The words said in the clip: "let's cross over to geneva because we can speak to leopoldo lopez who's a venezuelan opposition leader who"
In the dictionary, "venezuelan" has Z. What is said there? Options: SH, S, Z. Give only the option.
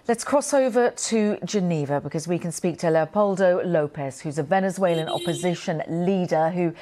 Z